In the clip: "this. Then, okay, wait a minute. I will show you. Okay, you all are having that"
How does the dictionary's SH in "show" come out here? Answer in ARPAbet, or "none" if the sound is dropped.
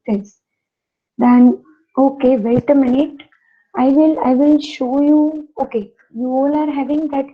SH